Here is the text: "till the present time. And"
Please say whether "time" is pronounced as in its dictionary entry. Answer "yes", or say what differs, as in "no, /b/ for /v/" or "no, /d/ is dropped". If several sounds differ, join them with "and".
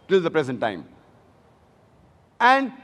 yes